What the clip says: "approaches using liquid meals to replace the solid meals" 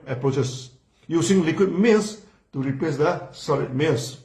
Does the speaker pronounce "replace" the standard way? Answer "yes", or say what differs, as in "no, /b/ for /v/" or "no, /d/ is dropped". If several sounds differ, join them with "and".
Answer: no, /l/ is dropped